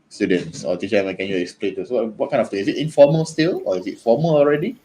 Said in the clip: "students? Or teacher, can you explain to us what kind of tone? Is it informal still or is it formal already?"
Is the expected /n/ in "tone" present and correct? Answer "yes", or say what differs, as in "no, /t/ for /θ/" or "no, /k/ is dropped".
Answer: no, /n/ is dropped